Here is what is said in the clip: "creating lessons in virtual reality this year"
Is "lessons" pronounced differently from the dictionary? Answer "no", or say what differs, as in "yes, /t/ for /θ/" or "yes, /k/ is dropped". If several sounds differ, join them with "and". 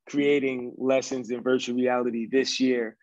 no